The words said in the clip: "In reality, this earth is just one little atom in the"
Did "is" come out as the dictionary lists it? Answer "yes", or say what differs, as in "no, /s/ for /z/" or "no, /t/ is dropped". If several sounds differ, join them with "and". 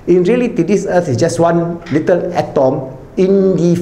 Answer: no, /s/ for /z/